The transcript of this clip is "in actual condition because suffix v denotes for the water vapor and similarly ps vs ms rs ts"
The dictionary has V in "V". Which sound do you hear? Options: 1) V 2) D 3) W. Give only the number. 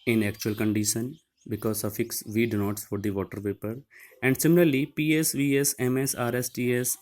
1